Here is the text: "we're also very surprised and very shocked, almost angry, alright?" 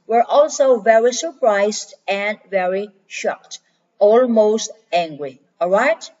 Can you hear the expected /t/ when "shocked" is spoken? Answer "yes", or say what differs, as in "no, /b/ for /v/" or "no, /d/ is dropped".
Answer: yes